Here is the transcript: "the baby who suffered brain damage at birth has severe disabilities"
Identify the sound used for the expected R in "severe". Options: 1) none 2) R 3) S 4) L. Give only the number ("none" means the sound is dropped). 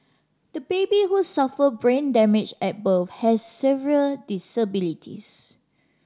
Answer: 4